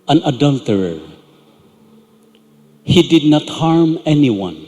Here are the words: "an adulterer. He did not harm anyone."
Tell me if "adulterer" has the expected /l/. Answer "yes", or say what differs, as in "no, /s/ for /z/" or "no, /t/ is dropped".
yes